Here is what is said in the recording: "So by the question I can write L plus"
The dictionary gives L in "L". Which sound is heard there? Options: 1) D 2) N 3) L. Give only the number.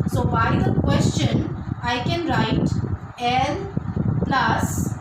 2